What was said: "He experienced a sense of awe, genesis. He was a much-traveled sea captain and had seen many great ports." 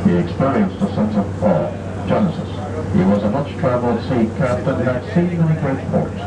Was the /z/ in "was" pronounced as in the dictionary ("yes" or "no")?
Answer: yes